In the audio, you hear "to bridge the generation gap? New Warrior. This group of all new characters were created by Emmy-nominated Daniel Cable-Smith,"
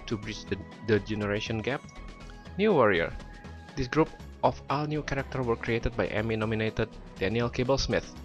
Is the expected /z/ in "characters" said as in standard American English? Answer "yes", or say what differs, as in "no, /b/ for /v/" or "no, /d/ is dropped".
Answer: no, /z/ is dropped